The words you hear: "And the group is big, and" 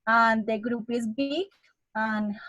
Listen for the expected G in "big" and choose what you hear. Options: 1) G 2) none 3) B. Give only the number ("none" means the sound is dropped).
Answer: 2